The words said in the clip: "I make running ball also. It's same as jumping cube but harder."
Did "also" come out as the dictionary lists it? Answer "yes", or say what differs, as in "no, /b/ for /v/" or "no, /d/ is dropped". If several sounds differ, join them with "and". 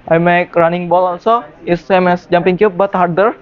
no, /n/ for /l/